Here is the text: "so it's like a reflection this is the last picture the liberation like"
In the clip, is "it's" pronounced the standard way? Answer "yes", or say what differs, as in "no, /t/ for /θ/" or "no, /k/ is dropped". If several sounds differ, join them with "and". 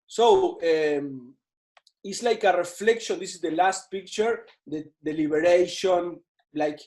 yes